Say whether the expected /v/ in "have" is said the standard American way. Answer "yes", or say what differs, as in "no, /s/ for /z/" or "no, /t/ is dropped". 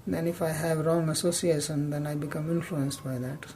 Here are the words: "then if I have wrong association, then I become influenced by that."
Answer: yes